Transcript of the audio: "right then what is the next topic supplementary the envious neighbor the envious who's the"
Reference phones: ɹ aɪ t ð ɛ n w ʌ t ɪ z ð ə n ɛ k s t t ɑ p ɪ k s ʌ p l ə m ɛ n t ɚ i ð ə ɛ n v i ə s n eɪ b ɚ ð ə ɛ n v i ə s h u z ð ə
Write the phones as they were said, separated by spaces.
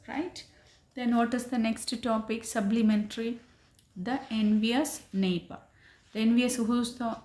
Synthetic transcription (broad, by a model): ɹ aɪ t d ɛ n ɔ t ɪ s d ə n ɛ k s t t ɑ p ɪ k s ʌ b l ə m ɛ n t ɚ i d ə ɛ n v i ə s n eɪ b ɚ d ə ɛ n v i ə s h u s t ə